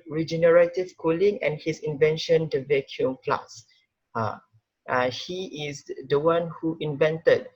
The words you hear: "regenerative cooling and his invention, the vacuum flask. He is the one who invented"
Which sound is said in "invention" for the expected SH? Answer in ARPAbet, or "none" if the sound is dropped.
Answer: SH